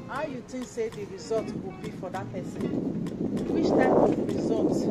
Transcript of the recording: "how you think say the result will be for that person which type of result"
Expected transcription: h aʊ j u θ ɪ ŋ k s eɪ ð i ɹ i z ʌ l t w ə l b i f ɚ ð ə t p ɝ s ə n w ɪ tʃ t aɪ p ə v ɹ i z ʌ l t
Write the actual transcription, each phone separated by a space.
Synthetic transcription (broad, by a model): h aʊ j u t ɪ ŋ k s eɪ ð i ɹ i z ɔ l t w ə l b i f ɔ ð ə t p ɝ s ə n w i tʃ t aɪ p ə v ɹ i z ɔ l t